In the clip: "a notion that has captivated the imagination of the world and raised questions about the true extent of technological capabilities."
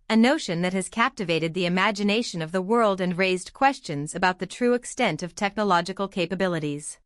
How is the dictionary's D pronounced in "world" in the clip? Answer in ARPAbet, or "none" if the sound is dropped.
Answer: D